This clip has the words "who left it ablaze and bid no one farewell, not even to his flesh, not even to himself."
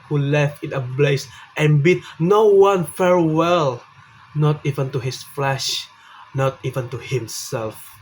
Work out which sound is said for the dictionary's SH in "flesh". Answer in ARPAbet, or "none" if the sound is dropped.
SH